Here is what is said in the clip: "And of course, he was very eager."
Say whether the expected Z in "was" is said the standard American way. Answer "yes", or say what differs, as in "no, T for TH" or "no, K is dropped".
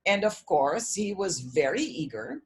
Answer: yes